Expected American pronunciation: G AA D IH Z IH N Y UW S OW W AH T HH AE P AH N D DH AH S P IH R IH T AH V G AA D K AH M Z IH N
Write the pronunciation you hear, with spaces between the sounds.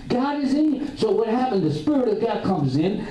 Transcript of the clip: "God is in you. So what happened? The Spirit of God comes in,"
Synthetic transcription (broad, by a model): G AA D IH Z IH S OW W AH T HH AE P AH N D DH AH S P IH R IH T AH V G AA D K AH M Z IH N